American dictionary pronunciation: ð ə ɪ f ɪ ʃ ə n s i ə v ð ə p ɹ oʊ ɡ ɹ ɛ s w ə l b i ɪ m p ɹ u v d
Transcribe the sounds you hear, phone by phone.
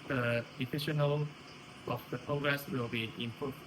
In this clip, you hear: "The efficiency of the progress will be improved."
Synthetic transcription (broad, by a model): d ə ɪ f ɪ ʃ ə n i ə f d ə p ɹ oʊ ɡ ɹ ɛ s w ə l b i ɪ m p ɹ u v